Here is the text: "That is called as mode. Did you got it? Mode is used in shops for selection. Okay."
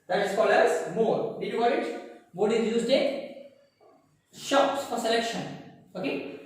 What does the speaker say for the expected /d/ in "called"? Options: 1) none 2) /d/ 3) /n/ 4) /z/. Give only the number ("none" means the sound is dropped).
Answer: 1